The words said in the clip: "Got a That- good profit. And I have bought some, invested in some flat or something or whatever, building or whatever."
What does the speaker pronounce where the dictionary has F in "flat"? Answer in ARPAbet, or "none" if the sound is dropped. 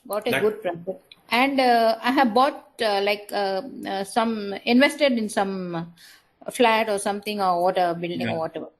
F